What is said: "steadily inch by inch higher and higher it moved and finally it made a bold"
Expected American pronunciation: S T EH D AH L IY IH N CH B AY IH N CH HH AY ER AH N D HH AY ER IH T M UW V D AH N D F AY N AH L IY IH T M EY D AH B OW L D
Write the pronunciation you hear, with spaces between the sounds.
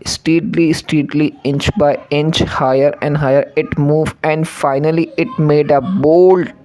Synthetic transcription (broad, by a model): S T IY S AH L IY IH N CH B AY IH N CH HH AY ER AH N D HH AY ER IH T M UW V AH N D F AY N AH L IY IH T M EY D AH B OW L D